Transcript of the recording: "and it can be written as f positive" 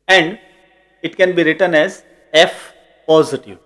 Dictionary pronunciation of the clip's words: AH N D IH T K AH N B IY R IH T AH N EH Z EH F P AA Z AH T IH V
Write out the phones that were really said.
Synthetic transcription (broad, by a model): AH N D IH T K AH N B IY R IH T AH N EH Z EH F P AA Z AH T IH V